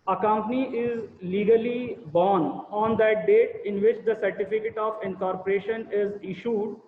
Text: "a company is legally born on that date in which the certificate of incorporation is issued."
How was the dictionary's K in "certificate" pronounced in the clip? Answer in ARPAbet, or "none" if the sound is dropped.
K